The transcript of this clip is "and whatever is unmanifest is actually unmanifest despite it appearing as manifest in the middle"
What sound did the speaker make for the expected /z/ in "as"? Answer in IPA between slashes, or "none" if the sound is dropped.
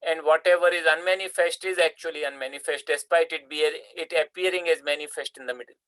/z/